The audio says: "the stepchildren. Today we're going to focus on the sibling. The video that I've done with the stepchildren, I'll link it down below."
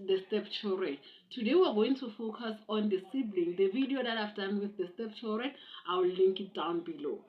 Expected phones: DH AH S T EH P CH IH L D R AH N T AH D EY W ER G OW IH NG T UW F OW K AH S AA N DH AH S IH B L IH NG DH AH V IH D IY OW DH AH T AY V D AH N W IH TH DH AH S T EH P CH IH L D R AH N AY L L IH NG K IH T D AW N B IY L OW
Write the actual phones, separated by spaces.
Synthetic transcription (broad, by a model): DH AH S T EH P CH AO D R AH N T AH D EY W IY G OW IH NG T UW F OW K AH S AA N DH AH S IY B L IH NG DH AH V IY D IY OW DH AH T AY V D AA N W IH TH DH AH S T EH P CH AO R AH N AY W L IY NG K IH T D AW N B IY L OW